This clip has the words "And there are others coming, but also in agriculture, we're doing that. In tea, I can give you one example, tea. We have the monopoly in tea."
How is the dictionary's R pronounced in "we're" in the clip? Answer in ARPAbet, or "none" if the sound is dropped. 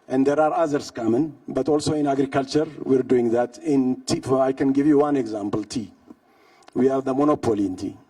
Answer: R